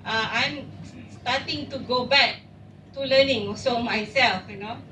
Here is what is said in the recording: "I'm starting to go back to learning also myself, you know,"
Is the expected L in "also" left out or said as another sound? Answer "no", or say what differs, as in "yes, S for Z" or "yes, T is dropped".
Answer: yes, L is dropped